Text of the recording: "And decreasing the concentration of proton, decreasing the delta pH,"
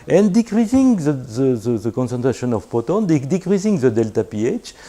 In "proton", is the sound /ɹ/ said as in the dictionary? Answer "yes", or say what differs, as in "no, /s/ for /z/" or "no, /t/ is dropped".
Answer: no, /ɹ/ is dropped